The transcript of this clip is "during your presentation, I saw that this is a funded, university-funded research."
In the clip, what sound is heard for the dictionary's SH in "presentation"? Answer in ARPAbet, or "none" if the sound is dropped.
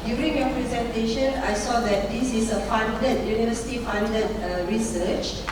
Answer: SH